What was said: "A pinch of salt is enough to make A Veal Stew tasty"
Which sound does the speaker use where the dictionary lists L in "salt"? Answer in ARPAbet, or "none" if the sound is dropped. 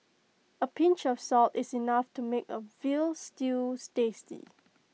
L